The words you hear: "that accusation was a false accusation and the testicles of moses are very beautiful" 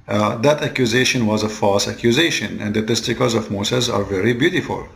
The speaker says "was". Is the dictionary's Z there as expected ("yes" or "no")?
yes